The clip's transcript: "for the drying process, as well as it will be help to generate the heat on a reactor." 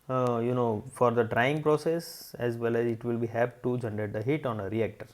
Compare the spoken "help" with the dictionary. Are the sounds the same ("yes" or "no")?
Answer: no